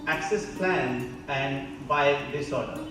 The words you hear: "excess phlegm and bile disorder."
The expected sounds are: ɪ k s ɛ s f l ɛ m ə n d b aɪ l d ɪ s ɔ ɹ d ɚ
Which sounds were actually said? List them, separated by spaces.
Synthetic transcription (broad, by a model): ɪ k s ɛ s p l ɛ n ə n d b aɪ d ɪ s ɔ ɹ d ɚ